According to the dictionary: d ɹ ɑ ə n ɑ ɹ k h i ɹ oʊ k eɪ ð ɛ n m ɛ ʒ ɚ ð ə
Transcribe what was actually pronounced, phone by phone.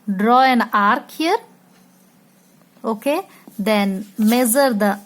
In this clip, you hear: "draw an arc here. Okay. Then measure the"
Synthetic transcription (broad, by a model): d ɹ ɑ ə n ɑ ɹ k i ɹ oʊ k eɪ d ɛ n m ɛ z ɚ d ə